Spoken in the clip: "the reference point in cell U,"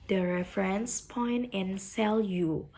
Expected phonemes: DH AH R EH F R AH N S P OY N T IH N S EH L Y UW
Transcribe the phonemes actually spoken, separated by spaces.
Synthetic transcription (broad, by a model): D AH R EH F R AH N S P OY N T IH N S EH L Y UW